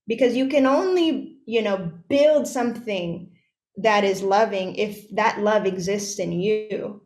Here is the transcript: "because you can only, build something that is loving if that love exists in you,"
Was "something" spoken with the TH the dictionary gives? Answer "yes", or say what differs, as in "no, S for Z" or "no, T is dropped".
yes